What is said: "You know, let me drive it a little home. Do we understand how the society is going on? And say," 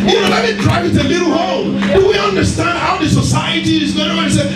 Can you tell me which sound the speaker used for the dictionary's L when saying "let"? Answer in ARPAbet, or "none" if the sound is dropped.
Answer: N